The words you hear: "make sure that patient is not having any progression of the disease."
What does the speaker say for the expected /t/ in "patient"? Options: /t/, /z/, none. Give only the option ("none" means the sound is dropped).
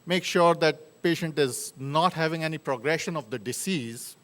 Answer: /t/